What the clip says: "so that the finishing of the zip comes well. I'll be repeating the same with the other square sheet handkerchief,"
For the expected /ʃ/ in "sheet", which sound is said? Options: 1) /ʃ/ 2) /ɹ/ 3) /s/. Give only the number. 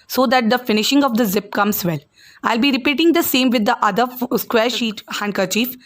1